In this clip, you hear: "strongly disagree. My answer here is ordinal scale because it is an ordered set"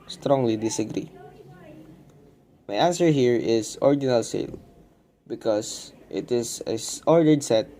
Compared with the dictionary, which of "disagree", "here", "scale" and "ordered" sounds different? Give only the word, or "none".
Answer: scale